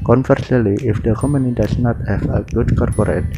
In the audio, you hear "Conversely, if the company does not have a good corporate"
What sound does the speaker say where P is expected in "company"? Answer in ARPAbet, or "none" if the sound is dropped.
none